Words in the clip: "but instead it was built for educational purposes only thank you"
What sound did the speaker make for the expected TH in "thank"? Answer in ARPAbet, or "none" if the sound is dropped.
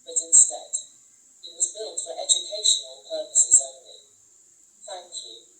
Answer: TH